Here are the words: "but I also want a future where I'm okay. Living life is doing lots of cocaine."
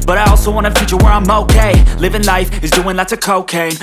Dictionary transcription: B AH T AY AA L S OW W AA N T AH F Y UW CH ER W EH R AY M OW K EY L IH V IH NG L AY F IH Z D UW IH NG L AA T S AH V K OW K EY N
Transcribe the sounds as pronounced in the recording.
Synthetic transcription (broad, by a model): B AH T AY AA L S OW W AA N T AH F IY CH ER W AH R AY M OW K EY L IH V IH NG L AY F IH Z D UW IH NG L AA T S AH K OW K EY